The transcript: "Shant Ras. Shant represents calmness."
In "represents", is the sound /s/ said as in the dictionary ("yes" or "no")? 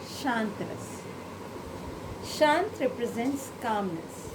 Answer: yes